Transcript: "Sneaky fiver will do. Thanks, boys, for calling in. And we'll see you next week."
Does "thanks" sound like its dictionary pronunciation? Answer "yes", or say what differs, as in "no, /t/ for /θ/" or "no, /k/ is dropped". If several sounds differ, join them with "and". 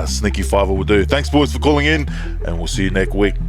yes